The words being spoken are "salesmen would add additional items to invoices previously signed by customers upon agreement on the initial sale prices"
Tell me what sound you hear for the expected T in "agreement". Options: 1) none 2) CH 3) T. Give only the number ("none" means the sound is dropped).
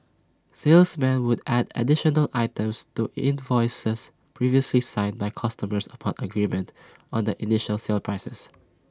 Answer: 3